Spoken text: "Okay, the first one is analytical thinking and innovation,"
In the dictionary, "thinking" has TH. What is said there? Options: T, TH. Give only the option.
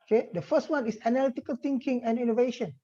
T